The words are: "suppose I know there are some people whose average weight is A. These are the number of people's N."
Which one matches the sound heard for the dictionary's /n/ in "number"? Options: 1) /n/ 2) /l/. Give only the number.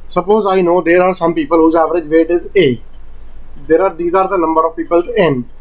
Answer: 2